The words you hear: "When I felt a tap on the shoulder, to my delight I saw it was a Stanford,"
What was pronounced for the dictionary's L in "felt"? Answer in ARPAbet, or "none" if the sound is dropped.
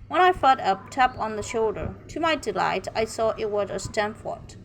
none